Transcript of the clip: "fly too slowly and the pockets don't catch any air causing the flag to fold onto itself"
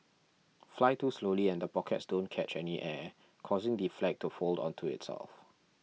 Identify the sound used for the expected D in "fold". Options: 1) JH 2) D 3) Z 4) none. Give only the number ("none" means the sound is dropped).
2